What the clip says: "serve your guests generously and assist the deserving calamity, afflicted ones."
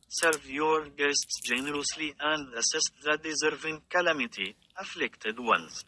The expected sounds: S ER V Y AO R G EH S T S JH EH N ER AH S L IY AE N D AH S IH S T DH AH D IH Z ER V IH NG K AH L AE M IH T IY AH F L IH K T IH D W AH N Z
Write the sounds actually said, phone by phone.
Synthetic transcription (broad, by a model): S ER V Y AO R G EH S T S JH EH N ER AH S L IY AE N D AH S IH S T DH AH D IH Z ER V IH NG K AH L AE M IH T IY AH F L IH K T IH D W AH N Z